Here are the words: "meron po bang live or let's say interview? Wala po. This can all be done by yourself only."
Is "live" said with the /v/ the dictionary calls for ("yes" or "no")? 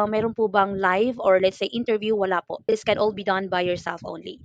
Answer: yes